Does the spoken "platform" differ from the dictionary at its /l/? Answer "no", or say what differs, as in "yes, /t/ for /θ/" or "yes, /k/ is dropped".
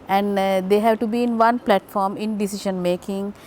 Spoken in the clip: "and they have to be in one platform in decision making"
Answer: no